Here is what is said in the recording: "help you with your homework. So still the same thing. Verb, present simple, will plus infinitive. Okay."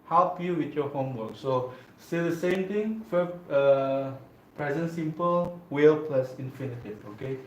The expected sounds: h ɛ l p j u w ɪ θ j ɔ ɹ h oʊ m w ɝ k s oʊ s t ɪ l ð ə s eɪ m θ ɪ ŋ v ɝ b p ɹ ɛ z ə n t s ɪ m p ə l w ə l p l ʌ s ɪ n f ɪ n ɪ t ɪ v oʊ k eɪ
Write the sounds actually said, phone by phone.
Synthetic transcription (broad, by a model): h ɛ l p j u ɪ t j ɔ h oʊ m w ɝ k s oʊ s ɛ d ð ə s eɪ m t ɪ ŋ f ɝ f p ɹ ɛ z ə n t s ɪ m p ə l w ə l p l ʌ s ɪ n f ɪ n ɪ t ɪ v oʊ k eɪ